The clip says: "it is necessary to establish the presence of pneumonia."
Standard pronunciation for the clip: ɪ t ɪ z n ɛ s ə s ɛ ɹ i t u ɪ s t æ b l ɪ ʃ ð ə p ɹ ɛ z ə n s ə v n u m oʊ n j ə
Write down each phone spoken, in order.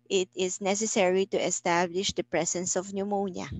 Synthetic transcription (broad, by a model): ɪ t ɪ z n ɛ s ə s ɛ ɹ i t u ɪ s t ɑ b l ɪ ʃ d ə p ɹ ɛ s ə n s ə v n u m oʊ n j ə